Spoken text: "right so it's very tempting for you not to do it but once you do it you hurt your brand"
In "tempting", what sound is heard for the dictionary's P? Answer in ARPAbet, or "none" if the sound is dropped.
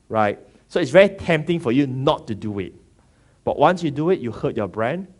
P